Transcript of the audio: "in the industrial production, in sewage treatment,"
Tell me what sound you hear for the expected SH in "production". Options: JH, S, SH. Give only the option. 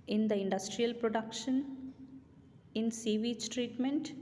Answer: SH